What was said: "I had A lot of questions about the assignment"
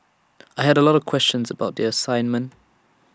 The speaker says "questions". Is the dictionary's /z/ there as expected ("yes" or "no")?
yes